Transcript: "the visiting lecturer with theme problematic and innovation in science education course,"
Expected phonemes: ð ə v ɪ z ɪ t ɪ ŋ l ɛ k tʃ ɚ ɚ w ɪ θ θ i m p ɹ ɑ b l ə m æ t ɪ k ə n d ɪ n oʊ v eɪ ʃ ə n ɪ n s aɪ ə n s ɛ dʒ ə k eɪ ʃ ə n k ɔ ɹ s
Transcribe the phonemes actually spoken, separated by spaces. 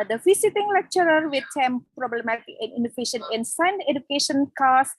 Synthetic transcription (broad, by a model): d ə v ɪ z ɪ t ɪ ŋ l ɛ k tʃ ɚ ɚ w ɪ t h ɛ m p ɹ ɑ b l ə m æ t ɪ k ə n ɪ n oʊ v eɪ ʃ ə n ɪ n s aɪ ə n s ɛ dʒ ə k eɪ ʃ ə n k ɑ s